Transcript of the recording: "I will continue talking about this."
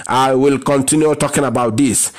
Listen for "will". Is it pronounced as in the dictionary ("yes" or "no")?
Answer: yes